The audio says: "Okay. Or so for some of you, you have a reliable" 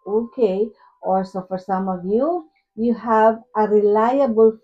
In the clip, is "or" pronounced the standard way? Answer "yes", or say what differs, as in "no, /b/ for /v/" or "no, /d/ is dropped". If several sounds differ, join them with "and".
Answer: no, /l/ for /ɹ/